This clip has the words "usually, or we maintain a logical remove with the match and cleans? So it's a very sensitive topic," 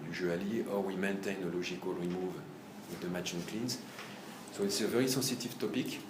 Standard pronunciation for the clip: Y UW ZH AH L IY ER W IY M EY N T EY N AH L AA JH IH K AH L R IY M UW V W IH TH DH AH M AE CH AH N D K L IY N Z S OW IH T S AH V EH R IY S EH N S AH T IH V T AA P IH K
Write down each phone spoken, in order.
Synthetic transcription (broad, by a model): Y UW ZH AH L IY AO W IY M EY N T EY N AH L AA ZH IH K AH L R IY M UW V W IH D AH M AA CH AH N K L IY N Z S OW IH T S AH V EH R IY S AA S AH T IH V T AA P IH K